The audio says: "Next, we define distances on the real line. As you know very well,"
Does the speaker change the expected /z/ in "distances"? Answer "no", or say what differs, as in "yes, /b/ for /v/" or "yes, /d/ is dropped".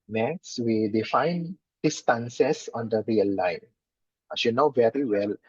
yes, /s/ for /z/